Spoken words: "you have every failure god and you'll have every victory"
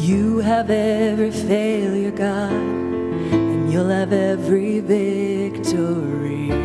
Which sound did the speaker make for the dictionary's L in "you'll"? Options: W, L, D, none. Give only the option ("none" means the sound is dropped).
L